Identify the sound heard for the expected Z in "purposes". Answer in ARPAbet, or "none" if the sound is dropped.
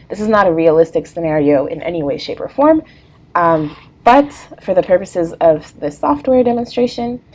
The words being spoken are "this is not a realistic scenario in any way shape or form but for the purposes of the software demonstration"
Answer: Z